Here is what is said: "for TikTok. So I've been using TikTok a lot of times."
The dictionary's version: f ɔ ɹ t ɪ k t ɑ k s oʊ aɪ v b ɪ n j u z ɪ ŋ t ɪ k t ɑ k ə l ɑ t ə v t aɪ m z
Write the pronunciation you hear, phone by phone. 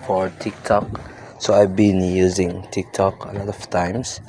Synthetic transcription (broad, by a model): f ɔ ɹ t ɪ k t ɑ k s oʊ aɪ v b ɪ n j u z ɪ ŋ t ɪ k t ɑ k ə l ɑ t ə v t aɪ m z